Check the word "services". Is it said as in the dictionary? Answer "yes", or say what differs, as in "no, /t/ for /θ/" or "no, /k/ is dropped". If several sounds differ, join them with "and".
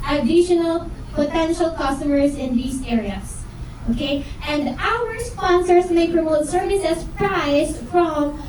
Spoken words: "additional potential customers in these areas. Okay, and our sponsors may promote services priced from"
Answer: no, /s/ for /z/